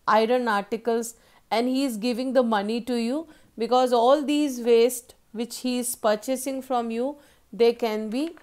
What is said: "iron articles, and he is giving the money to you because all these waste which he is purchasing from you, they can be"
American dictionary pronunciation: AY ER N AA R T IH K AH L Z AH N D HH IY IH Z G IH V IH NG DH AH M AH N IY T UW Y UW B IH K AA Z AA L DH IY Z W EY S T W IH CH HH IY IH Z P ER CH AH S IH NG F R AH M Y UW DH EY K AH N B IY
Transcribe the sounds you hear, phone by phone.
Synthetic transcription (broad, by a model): AY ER N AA R T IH K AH L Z AH N D HH IY IH Z G IH V IH NG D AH M AH N IY T UW Y UW B IH K AA Z AA L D IY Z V EY S T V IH CH HH IY IH Z P ER CH AH S IH NG F R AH M Y UW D EY K AH N B IY